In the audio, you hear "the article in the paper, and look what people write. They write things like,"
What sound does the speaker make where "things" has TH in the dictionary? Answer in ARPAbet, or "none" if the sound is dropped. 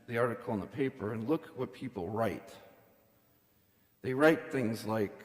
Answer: TH